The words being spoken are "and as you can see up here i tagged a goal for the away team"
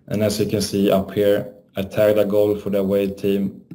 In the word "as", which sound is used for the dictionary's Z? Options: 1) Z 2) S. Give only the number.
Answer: 2